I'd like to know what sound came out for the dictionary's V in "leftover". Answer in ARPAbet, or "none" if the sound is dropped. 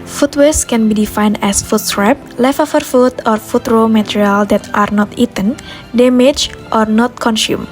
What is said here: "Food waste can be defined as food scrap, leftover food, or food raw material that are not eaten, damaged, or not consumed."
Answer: F